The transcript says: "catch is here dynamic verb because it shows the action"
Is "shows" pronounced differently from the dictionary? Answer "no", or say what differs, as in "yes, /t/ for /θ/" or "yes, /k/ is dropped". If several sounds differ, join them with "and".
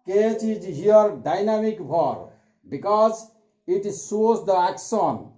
yes, /s/ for /ʃ/